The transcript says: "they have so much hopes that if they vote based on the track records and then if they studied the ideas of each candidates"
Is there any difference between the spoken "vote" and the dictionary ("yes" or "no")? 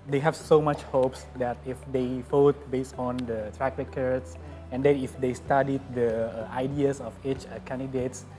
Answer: yes